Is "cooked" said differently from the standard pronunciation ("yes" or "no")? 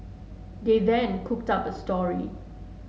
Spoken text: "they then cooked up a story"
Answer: no